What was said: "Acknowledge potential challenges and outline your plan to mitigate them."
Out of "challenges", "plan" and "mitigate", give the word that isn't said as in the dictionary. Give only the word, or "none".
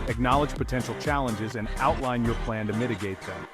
none